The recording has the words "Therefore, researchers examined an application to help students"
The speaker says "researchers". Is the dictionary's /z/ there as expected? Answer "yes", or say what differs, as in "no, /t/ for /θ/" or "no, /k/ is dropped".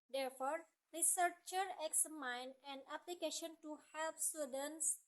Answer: no, /z/ is dropped